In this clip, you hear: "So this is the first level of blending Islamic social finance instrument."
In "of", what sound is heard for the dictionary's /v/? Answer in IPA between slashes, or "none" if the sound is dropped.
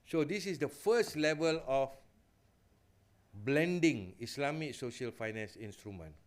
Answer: /f/